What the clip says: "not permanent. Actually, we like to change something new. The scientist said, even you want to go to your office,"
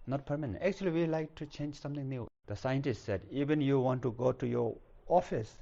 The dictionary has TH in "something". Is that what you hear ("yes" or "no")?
no